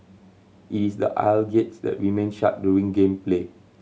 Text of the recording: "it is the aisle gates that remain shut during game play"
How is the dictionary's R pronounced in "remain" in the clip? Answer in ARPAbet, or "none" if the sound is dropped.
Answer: W